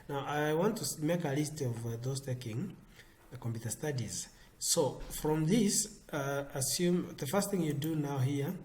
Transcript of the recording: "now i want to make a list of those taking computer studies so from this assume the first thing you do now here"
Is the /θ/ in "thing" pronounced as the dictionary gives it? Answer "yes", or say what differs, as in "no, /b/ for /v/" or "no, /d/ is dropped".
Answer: yes